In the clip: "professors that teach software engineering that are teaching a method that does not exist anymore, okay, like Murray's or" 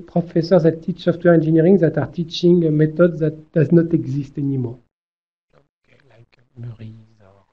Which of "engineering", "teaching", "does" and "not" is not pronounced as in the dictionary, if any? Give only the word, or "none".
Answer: engineering